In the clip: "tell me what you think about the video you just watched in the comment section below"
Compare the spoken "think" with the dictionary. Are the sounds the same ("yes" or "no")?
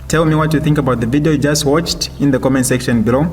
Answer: yes